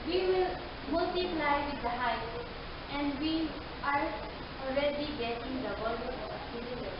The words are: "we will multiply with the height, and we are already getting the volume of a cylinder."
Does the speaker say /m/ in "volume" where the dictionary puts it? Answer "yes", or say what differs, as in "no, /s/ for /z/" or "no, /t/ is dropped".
no, /m/ is dropped